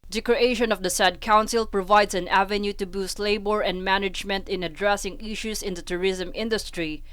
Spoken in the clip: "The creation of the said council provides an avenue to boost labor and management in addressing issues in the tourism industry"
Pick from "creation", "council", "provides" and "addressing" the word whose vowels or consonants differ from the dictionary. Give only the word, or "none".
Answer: provides